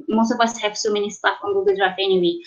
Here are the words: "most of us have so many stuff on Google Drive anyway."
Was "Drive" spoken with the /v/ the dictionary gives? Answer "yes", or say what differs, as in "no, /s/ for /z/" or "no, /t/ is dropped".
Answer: no, /f/ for /v/